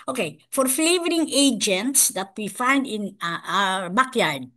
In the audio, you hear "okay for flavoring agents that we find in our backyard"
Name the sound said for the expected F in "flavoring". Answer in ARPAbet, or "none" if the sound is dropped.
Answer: F